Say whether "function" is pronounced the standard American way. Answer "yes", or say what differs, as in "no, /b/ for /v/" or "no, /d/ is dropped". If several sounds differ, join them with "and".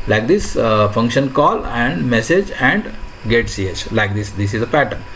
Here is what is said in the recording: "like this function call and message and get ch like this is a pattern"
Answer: yes